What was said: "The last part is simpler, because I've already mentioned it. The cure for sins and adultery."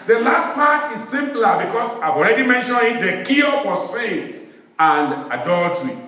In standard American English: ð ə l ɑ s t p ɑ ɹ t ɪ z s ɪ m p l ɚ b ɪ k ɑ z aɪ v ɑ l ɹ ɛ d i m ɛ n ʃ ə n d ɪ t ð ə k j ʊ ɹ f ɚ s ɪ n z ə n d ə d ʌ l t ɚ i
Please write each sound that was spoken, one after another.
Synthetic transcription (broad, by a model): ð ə l ɑ s t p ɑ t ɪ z s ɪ m p l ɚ b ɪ k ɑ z aɪ v ɑ l ɹ ɛ d i m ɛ n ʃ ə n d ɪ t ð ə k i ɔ f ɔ s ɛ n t ə n d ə d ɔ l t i